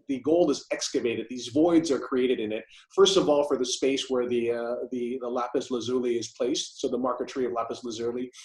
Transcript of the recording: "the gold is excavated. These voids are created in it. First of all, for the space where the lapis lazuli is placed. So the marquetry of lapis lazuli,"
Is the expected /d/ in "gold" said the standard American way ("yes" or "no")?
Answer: no